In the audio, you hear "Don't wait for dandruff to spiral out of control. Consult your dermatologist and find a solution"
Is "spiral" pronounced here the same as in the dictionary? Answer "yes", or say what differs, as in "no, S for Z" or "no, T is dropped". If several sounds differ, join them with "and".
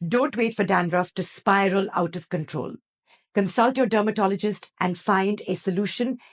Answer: yes